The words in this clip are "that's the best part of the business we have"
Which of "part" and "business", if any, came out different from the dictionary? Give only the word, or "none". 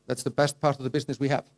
none